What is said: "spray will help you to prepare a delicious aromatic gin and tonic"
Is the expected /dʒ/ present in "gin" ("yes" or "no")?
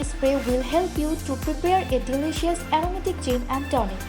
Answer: no